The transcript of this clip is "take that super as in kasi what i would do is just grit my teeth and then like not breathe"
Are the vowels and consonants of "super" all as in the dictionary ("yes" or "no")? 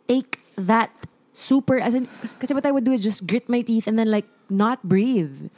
yes